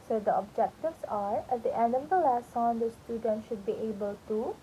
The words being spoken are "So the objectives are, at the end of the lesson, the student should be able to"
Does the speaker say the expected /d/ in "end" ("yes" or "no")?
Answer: no